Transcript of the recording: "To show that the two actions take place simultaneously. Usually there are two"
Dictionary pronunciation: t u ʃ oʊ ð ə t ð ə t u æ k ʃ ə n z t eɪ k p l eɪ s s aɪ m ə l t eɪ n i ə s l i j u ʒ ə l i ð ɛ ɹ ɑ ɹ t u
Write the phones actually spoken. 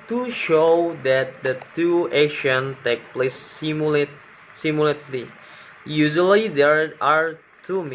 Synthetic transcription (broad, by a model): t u ʃ oʊ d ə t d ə t u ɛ ʃ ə n t eɪ k p l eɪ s s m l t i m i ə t l i j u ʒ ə l i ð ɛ ɹ ɑ ɹ t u